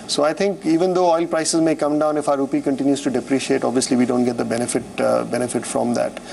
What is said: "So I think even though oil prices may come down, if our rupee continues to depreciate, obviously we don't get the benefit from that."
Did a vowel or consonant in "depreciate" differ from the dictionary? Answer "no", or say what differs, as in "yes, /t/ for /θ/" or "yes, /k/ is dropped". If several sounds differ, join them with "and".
no